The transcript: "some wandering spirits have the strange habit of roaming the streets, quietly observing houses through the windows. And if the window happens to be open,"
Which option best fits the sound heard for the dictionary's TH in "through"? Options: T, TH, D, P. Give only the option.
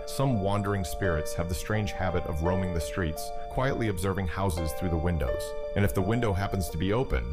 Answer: TH